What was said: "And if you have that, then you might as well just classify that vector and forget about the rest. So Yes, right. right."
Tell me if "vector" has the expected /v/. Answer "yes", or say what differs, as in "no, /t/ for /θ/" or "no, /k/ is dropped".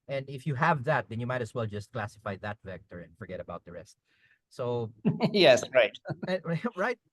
yes